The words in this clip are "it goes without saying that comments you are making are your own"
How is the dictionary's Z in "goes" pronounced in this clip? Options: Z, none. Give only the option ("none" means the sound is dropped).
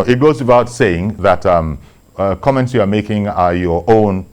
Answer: Z